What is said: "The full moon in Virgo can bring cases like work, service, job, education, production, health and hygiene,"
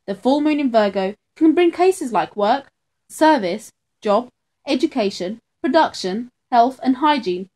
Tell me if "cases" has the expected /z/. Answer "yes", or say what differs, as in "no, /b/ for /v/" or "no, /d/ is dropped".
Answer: yes